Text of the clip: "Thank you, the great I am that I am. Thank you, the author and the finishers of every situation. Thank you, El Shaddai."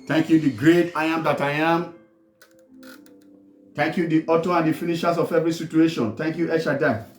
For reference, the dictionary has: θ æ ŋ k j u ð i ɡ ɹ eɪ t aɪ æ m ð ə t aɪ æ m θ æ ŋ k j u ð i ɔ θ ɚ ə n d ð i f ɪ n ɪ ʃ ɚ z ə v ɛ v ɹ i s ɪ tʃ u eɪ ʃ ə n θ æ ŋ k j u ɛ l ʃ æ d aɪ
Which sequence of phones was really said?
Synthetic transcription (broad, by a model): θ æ ŋ k j u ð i ɡ ɹ eɪ t aɪ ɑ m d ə t aɪ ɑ m t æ ŋ k j u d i ɔ t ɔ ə n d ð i f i n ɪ ʃ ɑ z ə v ɛ v ɹ i s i tʃ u eɪ ʃ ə n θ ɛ ŋ k j u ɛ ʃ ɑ d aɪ